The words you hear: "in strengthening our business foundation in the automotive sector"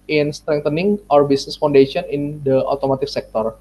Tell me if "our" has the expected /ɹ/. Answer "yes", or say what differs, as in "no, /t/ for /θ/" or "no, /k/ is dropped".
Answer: yes